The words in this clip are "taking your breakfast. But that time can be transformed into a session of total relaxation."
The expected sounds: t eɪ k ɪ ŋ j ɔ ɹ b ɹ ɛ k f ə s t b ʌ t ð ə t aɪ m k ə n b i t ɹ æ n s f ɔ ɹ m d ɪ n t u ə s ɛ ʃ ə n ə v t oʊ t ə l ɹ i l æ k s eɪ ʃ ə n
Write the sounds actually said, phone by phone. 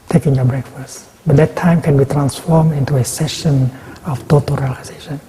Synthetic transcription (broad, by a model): t eɪ k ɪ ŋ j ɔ b ɹ ɛ k f ə s t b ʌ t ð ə t aɪ m k ə n b i t ɹ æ n s f ɔ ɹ m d ɪ n t u ə s ɛ ʃ ə n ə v t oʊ t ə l ɹ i l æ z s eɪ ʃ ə n